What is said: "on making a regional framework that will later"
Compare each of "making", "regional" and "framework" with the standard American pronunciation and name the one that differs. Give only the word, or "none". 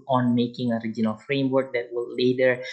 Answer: none